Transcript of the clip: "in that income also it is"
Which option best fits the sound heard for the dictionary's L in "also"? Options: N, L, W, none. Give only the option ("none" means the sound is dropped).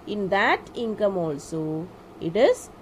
L